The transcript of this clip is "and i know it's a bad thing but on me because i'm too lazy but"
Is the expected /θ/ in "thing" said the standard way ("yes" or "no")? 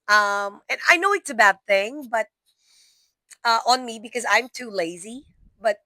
yes